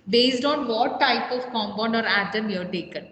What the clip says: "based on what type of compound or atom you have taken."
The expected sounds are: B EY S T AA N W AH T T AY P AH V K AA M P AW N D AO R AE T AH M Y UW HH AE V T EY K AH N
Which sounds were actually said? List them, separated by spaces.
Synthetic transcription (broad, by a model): B EY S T AA N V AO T T AY P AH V K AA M B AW N D AO R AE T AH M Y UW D T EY K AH N